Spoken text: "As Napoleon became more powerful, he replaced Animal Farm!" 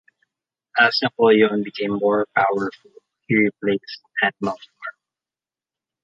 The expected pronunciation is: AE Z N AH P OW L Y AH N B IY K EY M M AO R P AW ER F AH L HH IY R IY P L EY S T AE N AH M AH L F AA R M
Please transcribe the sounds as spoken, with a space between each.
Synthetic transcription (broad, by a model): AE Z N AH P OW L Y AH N B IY K EY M M AO R P AW ER F AH L HH IY R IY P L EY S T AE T M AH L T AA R